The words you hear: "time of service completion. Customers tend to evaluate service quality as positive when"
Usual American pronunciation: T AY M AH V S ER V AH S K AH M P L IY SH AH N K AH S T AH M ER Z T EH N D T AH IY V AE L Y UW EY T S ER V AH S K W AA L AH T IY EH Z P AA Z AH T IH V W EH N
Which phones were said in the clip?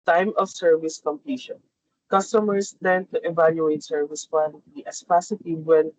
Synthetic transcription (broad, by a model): T AY M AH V S ER V AH S K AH M P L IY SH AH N K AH S T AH M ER S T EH N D T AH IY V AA L Y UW EY T S ER V AH S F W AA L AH T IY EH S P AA S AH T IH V W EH N